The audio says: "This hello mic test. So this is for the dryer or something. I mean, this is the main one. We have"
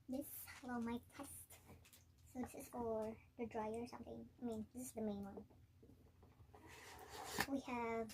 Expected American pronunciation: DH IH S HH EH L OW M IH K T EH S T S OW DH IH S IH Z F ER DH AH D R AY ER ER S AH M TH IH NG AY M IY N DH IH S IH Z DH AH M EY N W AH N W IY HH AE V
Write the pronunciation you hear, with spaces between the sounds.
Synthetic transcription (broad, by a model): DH IH S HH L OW M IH T EH S T S OW DH IH S IH Z F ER DH AH D R AY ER ER S AH M TH IH NG AY M IY N DH IH S IH Z DH AH M EY N W AH N W IY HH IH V